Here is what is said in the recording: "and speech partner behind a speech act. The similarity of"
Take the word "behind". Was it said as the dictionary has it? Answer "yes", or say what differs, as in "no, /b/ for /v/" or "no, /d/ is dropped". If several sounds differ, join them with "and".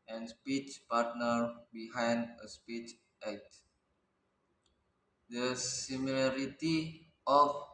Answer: yes